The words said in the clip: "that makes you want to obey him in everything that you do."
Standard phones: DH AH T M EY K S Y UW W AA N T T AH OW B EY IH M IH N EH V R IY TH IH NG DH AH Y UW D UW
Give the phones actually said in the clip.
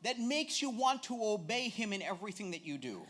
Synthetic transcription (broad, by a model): DH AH T M EY K S Y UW W AA N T T AH OW B EY IH M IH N EH V R IY TH IH NG DH AH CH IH D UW